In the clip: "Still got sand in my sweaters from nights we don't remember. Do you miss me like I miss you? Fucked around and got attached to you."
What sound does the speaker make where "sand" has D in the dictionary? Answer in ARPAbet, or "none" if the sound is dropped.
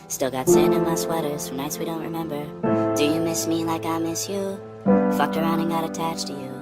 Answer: none